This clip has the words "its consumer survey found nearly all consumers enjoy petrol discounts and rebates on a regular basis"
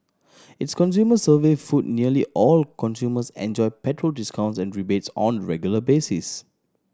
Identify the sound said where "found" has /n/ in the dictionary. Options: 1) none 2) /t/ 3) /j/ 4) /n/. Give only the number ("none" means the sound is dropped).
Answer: 1